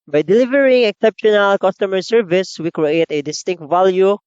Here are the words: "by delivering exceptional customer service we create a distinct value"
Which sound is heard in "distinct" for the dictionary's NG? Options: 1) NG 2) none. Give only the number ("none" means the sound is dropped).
1